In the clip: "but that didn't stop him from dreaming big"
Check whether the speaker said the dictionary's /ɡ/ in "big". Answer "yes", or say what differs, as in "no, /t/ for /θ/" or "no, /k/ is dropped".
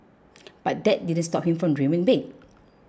no, /ɡ/ is dropped